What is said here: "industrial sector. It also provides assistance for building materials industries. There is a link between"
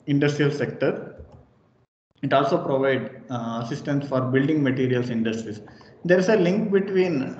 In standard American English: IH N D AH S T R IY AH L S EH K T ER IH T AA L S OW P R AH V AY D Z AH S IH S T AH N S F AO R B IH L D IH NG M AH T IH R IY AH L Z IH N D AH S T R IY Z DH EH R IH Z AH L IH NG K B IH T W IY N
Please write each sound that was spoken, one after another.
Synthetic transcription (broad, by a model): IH N D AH S T R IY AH L S EH K T ER IH T AA L S OW P R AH V AY D AH S IH S T AH N S F AO R B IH L D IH NG M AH T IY R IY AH L S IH N D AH S T R IY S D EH R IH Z AH L IH NG K B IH T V IY N